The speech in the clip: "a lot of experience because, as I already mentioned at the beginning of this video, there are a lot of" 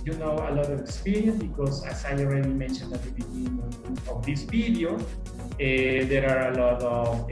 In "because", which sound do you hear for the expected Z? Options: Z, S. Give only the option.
S